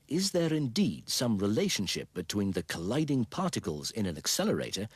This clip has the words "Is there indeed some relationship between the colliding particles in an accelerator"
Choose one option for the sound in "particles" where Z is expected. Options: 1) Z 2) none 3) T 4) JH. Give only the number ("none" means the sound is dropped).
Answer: 1